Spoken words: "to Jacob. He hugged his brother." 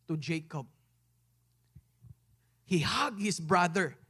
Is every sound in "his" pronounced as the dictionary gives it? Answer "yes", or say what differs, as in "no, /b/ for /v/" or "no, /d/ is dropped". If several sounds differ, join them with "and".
no, /s/ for /z/